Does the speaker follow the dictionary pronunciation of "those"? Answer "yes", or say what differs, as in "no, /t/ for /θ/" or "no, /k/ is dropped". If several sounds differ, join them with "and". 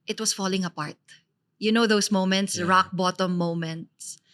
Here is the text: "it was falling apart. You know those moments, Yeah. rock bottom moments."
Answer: no, /s/ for /z/